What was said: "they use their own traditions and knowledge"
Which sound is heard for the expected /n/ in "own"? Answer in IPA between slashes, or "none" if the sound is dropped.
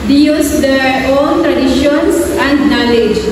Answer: /l/